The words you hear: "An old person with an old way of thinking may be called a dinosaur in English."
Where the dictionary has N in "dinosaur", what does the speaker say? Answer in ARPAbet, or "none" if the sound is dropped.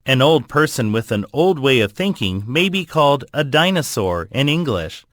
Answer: N